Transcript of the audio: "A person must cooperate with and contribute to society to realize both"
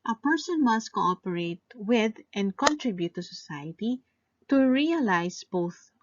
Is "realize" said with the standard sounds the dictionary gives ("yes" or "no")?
no